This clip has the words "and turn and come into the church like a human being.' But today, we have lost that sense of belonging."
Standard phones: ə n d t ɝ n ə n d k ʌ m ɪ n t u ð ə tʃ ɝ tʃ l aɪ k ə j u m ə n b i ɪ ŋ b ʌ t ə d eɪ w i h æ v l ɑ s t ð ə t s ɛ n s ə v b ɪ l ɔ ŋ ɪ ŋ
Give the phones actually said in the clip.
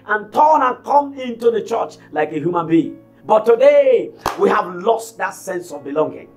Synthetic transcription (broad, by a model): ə n t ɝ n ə n k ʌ m ɪ n t u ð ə tʃ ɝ tʃ l aɪ k ə j u m ə n b i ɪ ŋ b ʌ t ə d eɪ w i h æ v l ɑ s t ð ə t s ɛ n s ə v b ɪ l ɔ ŋ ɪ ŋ